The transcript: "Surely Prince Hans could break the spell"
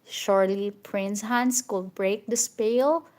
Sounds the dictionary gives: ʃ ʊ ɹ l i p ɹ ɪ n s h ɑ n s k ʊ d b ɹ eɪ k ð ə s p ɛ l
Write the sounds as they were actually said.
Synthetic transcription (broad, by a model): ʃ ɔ ɹ l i p ɹ ɪ n s h ɑ n s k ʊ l b ɹ eɪ k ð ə s p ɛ l